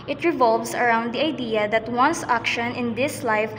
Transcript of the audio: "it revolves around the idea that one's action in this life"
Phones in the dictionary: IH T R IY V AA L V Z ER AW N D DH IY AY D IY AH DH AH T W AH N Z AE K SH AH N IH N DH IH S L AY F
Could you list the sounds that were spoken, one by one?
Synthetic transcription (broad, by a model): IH T R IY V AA L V S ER AW N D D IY AY D IY AH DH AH T W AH N S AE K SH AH N IH N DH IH S L AY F